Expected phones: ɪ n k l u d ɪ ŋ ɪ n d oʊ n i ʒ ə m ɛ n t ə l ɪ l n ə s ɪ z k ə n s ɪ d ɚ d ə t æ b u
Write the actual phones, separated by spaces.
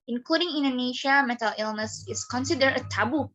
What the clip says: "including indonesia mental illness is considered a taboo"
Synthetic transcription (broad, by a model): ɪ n k l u d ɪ ŋ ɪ n d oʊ n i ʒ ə m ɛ t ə l ɪ l n ə s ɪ s k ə n s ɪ d ɚ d ə t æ b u